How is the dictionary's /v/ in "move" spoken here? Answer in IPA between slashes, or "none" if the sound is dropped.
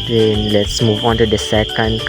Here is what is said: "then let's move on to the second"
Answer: /v/